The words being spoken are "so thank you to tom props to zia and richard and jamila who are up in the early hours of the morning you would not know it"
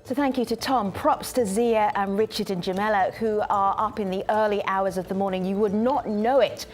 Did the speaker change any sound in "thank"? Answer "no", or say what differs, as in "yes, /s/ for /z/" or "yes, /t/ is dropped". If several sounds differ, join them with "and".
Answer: no